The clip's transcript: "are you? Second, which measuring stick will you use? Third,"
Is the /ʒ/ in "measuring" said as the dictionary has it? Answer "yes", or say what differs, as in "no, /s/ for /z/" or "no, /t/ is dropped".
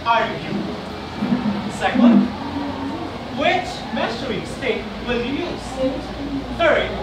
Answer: no, /s/ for /ʒ/